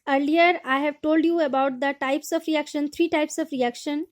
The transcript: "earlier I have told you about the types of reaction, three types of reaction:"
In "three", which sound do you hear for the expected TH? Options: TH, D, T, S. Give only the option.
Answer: T